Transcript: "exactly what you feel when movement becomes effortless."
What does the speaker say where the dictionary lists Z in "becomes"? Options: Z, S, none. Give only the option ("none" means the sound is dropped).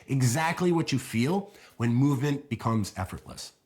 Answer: Z